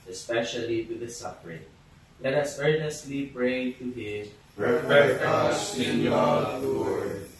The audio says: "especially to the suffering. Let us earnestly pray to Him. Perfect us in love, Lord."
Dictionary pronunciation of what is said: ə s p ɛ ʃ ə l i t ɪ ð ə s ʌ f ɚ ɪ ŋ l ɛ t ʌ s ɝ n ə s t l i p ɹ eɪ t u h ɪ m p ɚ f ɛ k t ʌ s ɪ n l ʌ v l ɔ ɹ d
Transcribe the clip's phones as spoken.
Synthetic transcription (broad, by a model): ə s p ɛ ʃ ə l i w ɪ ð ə s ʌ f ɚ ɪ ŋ l ɛ t ʌ s ɝ n ə s t l i p ɹ eɪ t u h ɪ m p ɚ ɛ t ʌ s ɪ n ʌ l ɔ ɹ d